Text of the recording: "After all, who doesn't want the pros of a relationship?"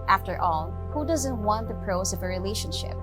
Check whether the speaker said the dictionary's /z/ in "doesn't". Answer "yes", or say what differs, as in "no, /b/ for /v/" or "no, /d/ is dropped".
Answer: yes